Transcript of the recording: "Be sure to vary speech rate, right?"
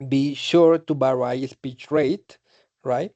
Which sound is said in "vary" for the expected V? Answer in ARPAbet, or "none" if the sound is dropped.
B